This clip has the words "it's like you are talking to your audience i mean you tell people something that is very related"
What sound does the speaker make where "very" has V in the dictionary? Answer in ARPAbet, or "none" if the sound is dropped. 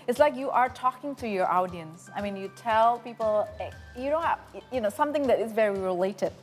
V